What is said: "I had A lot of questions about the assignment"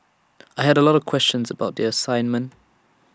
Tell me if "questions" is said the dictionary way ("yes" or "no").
yes